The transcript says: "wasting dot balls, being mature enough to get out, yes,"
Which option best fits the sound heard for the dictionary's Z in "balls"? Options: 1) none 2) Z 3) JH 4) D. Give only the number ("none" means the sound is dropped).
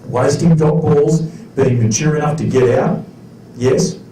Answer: 2